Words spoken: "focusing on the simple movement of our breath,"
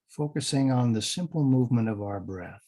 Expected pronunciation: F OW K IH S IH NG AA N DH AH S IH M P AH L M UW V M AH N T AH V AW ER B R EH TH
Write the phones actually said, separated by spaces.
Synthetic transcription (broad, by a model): F OW K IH S IH NG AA N DH AH S IH M P L M UW V M AH N T AH V AW ER B R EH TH